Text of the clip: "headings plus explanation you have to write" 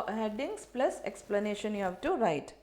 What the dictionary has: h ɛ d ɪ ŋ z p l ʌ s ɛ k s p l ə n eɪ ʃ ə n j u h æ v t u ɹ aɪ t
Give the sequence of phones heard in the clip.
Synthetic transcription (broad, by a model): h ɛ d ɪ ŋ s p l ʌ s ɛ k s p l ə n eɪ ʃ ə n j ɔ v t u ɹ aɪ t